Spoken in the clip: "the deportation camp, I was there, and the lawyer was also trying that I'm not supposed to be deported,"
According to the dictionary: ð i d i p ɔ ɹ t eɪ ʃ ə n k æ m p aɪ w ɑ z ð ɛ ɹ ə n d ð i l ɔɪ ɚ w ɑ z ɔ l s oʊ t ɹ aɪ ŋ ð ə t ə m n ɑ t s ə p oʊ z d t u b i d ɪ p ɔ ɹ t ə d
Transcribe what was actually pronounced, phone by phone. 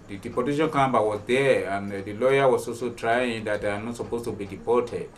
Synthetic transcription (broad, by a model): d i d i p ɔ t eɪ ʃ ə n k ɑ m b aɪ w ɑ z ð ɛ ə n d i l ɔɪ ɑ w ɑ s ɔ s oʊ t ɹ aɪ ŋ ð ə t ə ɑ n ɑ t s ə p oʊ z t u b i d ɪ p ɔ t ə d